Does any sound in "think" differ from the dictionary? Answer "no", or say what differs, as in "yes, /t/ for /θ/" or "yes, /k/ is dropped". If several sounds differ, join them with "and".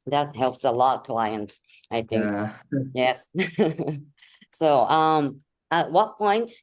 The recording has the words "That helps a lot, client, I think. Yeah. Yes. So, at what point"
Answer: no